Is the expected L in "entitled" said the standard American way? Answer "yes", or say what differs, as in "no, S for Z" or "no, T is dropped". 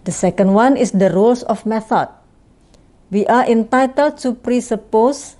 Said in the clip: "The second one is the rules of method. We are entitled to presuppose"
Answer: yes